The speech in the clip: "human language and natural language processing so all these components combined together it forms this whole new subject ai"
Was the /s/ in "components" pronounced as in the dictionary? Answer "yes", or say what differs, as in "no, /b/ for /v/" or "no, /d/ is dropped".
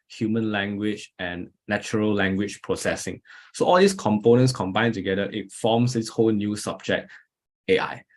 yes